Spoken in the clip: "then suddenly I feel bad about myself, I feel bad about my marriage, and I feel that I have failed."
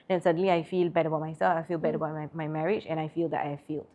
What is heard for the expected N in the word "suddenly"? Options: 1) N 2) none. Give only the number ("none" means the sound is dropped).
1